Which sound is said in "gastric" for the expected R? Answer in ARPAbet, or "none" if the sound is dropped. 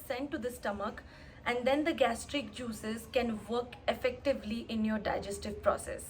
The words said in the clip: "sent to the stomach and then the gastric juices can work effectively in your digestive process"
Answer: R